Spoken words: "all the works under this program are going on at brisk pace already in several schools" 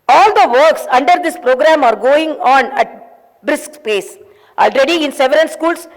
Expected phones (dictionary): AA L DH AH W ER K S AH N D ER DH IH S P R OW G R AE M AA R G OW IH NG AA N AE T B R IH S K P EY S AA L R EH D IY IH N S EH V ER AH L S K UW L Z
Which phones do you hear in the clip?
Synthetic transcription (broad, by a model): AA L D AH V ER K S AH N D ER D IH S P R OW G R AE M AA R G OW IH NG AA N AE T B R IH S K P EY S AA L R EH D IY IH N S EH V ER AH N S K UW L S